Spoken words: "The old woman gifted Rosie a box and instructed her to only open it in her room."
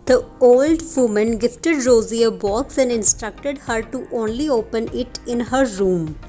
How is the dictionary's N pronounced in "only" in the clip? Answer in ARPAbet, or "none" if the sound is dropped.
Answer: N